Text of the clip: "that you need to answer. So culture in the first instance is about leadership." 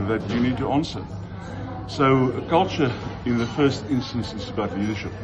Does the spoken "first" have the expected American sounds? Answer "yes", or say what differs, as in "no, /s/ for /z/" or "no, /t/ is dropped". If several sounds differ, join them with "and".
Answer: yes